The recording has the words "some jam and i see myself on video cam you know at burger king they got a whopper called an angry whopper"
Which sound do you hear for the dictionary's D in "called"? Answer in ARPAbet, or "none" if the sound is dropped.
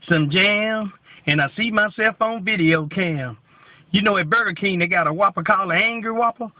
none